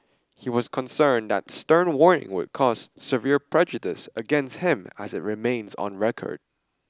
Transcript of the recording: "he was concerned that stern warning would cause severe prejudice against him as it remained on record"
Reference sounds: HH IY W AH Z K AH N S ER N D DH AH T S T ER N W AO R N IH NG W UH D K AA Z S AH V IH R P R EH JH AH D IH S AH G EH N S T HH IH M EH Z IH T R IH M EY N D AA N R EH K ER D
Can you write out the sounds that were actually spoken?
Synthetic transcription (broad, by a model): HH IY W AH Z K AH N S ER N DH AH T S T ER N W AO R N IH NG W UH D K AA Z S AH V IH R P R EH JH AH D IH S AH G EH N S T HH IH M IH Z IH T R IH M EY N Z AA N R EH K ER D